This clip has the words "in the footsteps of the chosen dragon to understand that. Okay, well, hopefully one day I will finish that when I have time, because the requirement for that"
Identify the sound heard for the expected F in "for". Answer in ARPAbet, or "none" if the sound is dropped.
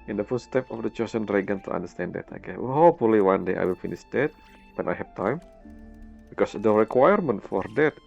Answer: F